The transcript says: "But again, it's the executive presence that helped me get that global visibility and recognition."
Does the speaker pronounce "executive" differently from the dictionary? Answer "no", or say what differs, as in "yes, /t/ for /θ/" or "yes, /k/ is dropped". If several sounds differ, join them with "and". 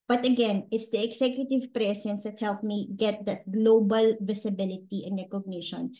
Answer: yes, /s/ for /z/